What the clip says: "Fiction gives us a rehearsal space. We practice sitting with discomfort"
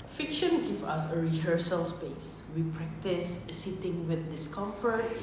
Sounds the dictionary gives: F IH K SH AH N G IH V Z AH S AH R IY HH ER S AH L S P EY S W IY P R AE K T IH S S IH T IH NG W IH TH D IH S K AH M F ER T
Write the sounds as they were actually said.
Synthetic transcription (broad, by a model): F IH K SH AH N G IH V AH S AH R IY HH ER S AH L S P EY S W IY P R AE K T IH S S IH T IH NG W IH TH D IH S K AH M F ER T